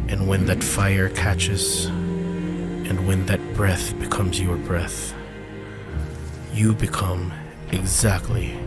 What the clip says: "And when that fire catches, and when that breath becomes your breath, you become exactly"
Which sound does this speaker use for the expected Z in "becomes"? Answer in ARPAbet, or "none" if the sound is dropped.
Z